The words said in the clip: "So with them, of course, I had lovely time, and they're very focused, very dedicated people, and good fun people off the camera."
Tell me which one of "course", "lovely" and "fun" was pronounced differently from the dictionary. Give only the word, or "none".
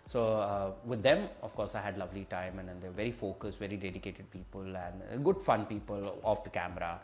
none